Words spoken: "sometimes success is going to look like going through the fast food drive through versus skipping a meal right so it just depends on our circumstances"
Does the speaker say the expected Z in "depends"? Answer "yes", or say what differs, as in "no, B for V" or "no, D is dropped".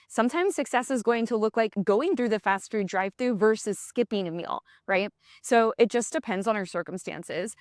yes